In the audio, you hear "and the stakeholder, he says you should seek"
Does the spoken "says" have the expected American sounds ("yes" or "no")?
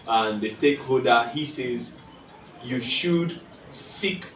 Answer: yes